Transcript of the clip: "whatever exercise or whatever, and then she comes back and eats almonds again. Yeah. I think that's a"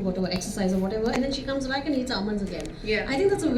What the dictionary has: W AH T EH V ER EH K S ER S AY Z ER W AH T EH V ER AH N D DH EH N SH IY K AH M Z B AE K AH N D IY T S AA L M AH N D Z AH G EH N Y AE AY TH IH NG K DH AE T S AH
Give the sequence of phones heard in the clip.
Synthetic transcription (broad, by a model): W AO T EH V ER EH K S ER S AY Z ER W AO T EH V ER AH N D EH N SH IY K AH M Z B AE K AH N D IY T S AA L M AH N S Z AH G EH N Y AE AY T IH NG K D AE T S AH